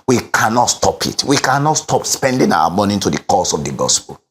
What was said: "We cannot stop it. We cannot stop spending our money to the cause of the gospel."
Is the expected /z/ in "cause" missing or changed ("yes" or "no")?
yes